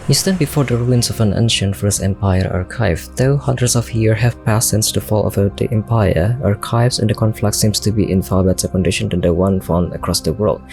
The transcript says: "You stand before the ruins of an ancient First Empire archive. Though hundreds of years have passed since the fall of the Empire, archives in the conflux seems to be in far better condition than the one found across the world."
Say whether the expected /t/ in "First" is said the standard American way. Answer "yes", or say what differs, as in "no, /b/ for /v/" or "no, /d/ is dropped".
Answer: no, /t/ is dropped